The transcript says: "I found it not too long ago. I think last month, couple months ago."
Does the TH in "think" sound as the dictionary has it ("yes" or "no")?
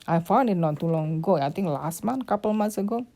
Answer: no